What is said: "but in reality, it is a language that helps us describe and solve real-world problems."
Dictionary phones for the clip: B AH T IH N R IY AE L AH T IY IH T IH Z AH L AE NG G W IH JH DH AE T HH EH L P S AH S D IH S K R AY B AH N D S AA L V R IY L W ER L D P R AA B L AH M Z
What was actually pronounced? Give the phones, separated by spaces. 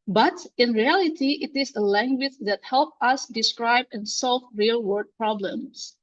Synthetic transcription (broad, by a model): B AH T IH N R IY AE L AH T IY IH T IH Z AH L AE NG G W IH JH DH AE T HH EH L P AH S D IH S K R AY B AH N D S AA L V R IY L W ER D P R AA B L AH M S